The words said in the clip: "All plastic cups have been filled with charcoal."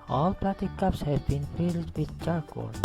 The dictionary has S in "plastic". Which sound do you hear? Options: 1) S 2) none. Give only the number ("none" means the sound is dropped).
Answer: 2